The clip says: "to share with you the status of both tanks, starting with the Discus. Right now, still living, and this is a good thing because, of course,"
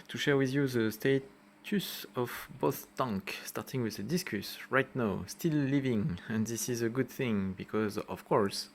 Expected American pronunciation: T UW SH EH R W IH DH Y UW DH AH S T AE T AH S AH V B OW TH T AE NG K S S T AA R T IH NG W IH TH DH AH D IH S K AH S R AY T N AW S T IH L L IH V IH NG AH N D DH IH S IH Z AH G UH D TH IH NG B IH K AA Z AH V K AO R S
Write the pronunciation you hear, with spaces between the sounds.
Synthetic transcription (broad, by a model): T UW SH EH R W IH DH Y UW DH AH S T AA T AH S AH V B OW TH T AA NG K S S T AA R T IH NG W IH DH AH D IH S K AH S R AY T N AW S T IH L L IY V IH NG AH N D DH IH S IH Z AH G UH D TH IH NG B IH K AA Z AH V K AO R S